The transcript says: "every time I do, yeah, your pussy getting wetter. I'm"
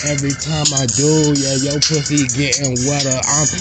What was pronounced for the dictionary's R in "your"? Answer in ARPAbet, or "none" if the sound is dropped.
L